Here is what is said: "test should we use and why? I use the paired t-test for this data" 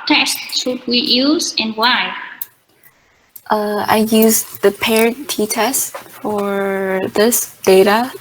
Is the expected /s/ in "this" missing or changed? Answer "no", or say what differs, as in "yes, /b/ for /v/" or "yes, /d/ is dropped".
no